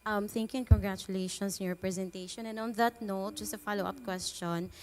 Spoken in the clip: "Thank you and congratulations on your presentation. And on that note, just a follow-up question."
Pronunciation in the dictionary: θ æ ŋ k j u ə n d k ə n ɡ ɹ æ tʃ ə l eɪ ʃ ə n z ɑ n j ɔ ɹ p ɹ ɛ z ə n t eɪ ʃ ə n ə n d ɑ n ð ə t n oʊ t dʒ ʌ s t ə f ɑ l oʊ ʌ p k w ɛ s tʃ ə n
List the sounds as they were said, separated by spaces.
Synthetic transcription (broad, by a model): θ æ ŋ k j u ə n k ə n ɡ ɹ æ tʃ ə l eɪ ə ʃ ɑ n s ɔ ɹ p ɹ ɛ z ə n t eɪ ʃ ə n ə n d ɑ n ð ə t n oʊ t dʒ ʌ s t ə f ɑ l oʊ ʌ p k w ɛ s tʃ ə n